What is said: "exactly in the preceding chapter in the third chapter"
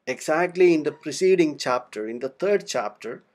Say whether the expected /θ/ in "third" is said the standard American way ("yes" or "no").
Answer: no